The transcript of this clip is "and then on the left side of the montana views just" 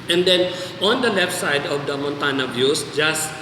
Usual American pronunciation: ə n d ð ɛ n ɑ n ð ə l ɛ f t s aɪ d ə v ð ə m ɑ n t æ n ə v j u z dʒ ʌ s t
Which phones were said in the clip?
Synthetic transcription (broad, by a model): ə n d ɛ n ɑ n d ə l ɛ f t s aɪ d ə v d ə m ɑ n t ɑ n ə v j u s dʒ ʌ s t